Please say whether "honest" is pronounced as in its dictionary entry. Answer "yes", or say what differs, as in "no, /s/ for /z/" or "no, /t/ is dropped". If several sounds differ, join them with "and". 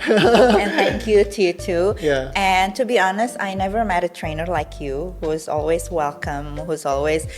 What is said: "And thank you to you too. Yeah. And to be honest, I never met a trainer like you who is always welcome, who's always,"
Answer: yes